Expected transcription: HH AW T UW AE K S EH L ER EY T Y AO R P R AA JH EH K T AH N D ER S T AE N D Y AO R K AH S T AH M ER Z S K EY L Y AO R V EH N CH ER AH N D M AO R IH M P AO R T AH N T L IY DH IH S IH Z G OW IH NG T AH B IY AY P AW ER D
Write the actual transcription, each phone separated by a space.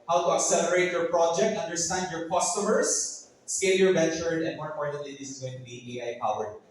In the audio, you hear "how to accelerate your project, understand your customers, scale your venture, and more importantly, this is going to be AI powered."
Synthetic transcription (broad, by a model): HH AW T UW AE K S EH L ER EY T Y AO R P R AA JH EH K T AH N D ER S T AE N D Y AO R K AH S T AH M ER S S K EY L Y AO R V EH CH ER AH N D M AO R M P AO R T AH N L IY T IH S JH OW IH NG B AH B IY AY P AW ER